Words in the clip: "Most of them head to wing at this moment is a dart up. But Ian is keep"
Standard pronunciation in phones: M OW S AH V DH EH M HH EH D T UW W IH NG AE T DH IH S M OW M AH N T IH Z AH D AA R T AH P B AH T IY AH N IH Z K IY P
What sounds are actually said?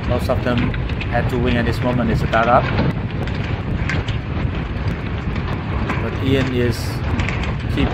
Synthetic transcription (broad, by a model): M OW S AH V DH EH M HH EH D T UW W IH NG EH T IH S M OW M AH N IH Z AH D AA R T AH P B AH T IY AH N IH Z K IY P